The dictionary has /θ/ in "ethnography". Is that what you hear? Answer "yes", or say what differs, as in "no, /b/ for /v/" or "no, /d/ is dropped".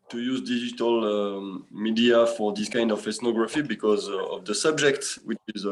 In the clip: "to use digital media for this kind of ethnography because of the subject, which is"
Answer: no, /s/ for /θ/